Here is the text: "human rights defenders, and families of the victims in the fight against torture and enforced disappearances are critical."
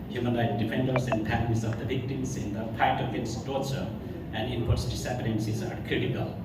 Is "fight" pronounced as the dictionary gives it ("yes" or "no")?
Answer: no